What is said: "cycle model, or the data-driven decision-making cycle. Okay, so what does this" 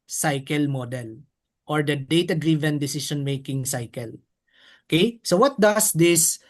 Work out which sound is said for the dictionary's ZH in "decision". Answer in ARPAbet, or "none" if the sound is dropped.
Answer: SH